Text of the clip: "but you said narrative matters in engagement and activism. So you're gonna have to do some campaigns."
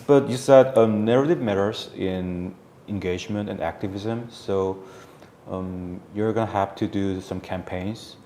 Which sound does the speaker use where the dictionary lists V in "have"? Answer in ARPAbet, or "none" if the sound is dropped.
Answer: F